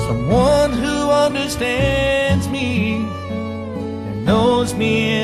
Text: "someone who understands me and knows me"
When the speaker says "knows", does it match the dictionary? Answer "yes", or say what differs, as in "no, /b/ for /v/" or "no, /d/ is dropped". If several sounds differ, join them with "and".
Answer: yes